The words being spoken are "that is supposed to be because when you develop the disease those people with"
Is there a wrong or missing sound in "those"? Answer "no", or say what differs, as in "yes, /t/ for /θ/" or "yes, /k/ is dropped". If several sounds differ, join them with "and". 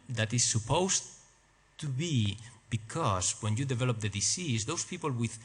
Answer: yes, /s/ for /z/